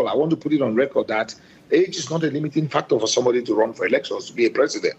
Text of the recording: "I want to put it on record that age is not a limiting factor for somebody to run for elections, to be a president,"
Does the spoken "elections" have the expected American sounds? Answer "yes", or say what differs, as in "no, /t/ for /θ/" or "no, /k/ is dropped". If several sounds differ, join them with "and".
no, /s/ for /z/